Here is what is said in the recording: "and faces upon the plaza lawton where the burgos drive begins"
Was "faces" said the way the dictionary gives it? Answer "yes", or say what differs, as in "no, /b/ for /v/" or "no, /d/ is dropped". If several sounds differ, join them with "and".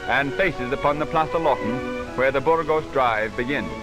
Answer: yes